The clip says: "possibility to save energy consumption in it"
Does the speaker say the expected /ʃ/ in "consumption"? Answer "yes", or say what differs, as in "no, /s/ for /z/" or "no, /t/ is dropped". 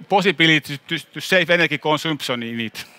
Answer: no, /s/ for /ʃ/